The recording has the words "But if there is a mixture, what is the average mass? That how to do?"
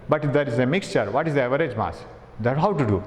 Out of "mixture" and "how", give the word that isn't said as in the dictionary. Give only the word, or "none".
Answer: none